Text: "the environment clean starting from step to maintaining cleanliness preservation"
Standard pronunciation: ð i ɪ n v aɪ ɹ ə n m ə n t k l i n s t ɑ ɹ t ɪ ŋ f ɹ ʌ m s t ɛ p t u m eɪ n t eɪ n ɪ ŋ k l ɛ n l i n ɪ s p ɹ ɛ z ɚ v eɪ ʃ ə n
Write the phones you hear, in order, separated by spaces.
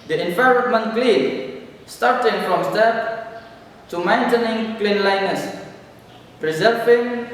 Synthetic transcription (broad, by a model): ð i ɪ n f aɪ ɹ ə m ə n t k l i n s t ɑ ɹ t ɪ ŋ f ɹ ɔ m s t ɛ p t u m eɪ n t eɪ n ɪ ŋ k l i n l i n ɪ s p ɹ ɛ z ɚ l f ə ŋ